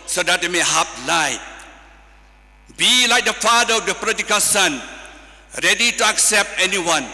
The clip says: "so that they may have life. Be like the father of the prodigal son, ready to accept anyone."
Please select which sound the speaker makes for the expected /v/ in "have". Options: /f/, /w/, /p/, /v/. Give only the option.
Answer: /p/